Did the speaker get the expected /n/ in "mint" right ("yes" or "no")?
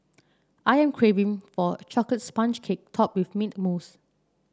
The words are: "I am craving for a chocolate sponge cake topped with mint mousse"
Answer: no